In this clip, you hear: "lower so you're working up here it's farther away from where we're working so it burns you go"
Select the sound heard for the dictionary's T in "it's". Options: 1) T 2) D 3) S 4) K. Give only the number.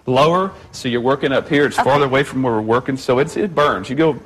1